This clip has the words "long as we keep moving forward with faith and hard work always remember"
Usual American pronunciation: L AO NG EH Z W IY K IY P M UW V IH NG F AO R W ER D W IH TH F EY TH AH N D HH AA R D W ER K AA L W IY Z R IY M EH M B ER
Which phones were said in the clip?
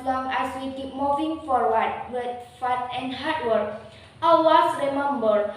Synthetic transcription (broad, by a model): L AO NG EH S W IY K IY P M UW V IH NG F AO R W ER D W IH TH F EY T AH N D HH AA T W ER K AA W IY S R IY M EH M B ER